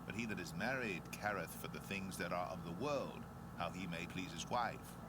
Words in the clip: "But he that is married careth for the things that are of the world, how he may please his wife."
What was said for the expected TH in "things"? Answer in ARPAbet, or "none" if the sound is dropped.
TH